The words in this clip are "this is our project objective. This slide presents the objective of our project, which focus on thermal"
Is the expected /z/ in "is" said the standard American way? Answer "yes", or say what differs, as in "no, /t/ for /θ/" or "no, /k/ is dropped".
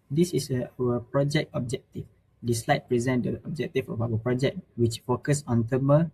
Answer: no, /s/ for /z/